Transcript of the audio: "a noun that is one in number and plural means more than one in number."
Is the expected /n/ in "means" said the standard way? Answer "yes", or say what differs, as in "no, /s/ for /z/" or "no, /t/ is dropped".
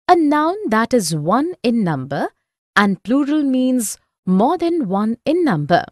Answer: yes